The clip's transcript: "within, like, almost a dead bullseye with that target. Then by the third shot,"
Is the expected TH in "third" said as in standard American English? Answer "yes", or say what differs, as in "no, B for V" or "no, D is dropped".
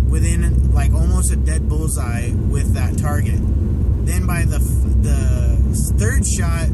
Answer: yes